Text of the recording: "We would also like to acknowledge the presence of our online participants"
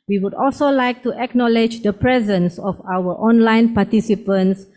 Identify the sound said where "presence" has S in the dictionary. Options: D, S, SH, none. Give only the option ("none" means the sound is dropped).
S